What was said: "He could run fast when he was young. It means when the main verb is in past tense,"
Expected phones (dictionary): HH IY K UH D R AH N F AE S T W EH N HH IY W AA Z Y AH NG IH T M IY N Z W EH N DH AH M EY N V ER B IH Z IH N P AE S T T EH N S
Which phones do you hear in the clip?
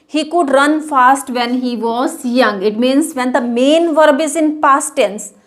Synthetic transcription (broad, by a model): HH IY K UH D R AH N F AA S T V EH N HH IY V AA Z Y AH NG IH T M IY N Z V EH N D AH M EY N V ER B IH Z IH N P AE S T T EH N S